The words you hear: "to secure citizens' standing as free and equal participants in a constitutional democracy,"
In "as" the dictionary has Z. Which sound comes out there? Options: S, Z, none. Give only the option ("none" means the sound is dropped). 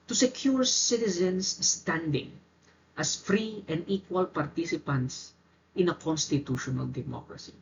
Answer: S